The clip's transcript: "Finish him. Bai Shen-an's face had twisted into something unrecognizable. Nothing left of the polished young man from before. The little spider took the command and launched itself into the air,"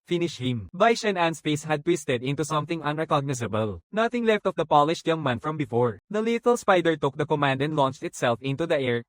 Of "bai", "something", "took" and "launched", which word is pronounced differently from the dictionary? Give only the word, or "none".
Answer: none